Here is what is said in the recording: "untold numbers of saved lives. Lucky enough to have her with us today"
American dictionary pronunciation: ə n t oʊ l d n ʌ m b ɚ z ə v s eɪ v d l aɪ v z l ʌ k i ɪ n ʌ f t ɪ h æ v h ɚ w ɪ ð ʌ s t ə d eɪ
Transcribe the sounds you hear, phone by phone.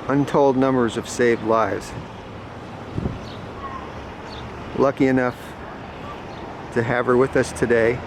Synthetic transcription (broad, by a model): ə n t oʊ l d n ʌ m b ɚ z ə v s eɪ v d l aɪ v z l ʌ k i ɪ n ʌ f t ɪ h æ v ɚ w ɪ ð ʌ s t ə d eɪ